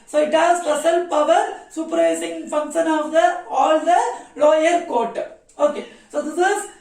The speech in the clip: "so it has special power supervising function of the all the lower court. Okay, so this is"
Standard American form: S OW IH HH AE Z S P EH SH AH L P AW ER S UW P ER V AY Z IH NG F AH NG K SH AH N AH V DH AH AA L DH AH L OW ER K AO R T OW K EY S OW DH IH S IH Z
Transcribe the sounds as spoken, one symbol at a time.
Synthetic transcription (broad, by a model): S OW IH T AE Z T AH S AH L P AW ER S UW P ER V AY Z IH NG F AH NG K SH AH N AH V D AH AA L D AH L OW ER K AO R T OW K EY S OW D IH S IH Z